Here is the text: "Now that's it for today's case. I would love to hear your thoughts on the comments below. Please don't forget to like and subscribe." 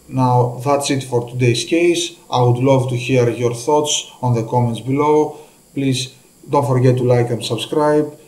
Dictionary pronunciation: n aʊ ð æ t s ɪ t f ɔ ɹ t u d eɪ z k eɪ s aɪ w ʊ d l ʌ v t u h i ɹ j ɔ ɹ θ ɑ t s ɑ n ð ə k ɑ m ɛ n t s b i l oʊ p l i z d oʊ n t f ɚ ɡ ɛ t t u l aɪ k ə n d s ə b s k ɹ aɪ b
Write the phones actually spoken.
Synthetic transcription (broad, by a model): n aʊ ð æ t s ɪ t f ɔ ɹ t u d eɪ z k eɪ s aɪ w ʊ d l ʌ v t u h i ɹ j ɔ ɹ θ ɑ t s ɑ n ð ə k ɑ m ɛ n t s b i l oʊ p l i z d oʊ n t f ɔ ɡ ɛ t t u l aɪ k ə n s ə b s k ɹ aɪ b